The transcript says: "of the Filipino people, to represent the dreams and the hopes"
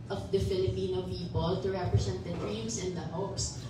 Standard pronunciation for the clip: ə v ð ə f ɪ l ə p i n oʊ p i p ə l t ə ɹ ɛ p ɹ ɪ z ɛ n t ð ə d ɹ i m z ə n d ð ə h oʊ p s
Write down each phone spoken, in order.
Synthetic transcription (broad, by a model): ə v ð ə f ɪ l ə p i n oʊ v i b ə l t ə ɹ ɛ p ɹ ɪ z ɛ n t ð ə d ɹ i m s ə n d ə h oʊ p s